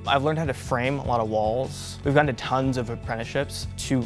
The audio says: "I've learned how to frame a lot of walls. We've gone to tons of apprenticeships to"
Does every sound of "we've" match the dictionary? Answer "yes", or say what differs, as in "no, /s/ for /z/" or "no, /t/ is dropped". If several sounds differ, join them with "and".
yes